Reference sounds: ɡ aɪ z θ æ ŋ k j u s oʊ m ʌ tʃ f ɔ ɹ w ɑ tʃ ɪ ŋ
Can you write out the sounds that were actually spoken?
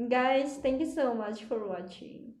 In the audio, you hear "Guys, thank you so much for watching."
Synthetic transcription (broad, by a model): ɡ aɪ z t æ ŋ k j u s oʊ m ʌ tʃ f ɔ ɹ w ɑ tʃ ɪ ŋ